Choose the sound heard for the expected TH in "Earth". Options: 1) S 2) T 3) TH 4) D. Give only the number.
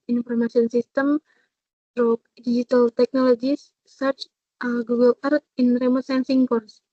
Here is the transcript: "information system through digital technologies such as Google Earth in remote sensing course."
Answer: 2